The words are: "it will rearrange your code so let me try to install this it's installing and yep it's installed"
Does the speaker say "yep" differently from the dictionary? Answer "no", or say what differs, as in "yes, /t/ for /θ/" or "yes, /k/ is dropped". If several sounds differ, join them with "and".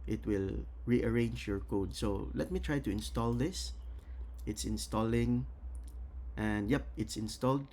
no